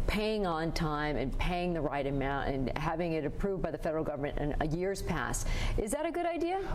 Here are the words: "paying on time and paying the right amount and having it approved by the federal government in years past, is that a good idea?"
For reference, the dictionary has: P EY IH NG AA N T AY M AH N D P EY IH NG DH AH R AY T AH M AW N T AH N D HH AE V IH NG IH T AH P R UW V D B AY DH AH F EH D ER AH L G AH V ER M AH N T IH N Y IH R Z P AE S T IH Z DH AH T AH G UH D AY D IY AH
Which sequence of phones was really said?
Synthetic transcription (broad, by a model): P EY IH NG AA N T AY M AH N P EY IH NG DH AH R AY T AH M AW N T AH N HH AE V IH NG IH T AH P R UW V D B AY DH AH F EH D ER L G AH V ER M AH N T IH N Y IH R Z P AE S T IH Z DH AH T AH G UH D AY D IY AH